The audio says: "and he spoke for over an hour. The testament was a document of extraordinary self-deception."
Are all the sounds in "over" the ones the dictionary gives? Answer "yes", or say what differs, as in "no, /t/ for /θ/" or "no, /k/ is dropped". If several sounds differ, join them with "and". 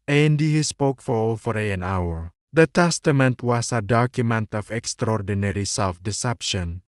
no, /f/ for /v/